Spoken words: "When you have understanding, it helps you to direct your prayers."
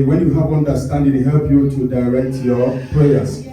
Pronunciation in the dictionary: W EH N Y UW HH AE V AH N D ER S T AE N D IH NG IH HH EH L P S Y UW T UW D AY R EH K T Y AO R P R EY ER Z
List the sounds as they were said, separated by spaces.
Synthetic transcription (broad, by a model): W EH N Y UW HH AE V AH N D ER S T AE N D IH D HH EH L P Y UW T UW D AY R EH K T Y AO P R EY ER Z